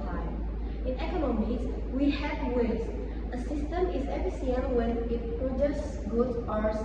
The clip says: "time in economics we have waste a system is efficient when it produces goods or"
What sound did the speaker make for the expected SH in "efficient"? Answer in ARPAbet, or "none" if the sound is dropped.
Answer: S